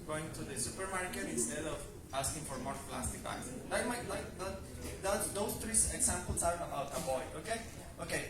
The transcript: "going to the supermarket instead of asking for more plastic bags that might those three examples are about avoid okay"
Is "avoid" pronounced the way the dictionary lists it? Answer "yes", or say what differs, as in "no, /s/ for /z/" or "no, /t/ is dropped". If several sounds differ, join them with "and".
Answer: no, /b/ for /v/